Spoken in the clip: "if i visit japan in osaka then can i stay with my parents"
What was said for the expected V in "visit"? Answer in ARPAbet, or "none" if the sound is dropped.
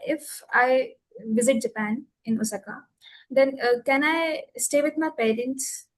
V